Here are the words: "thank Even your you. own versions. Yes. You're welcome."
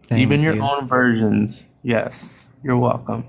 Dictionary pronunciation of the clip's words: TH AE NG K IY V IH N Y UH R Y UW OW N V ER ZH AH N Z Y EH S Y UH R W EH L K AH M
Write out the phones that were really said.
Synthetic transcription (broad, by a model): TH IY V IH N Y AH R OW N V ER ZH AH N Z Y EH S Y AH R W EH L K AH M